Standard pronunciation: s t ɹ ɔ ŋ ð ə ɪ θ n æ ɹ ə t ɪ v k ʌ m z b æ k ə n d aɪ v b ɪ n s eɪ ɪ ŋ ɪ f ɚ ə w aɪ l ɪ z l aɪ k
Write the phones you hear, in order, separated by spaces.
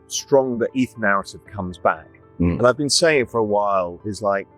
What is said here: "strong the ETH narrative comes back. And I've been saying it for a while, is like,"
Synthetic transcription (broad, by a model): s t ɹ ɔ ŋ ð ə ɪ θ n æ ɹ ə t ɪ v k ʌ m z b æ k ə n aɪ v b ɪ n s eɪ ɪ ŋ f ɚ ə w aɪ l ɪ z l aɪ k